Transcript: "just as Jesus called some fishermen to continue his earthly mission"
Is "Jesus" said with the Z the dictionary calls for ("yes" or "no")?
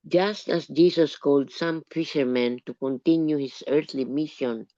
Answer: no